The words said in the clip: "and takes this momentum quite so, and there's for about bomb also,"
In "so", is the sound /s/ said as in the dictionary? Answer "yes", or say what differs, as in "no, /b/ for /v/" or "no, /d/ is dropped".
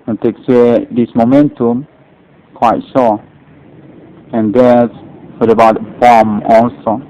no, /ʃ/ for /s/